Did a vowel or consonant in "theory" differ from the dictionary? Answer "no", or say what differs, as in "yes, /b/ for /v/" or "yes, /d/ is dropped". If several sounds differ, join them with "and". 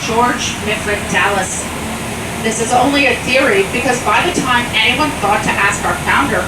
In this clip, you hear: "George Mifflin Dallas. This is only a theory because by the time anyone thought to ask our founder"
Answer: no